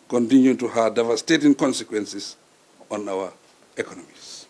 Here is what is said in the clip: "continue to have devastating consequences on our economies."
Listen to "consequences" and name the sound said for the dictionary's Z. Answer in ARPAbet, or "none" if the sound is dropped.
S